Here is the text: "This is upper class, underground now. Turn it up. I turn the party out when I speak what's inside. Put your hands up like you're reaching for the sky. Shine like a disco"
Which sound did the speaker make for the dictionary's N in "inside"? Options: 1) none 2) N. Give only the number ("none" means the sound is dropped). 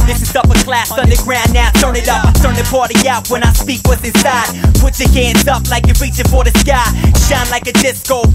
1